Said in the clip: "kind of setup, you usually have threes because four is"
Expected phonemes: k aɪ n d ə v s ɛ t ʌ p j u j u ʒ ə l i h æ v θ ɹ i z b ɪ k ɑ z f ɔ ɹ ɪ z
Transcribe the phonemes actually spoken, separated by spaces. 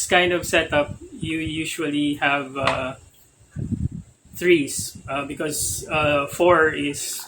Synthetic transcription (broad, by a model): k aɪ n d ə v s ɛ t ʌ p j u j u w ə l i h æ v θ ɹ i s b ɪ k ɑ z f ɔ ɹ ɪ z